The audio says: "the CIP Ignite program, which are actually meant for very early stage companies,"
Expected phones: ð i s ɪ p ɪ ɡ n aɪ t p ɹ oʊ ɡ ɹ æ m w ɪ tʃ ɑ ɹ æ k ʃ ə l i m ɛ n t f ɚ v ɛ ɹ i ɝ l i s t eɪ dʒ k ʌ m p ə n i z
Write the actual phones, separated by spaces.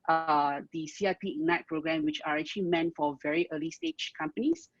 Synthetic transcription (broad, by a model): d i s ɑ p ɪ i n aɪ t p ɹ oʊ ɡ ɹ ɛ m w ɪ tʃ ɑ ɹ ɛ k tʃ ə l i m ɛ n t f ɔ v ɛ ɹ i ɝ l i s t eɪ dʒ k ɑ m p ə n i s